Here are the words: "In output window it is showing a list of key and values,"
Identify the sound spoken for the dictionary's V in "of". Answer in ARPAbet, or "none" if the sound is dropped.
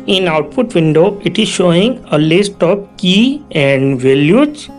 P